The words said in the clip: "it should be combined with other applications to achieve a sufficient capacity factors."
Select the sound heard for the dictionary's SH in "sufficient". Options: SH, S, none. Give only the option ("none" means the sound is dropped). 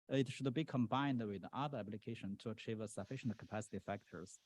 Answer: SH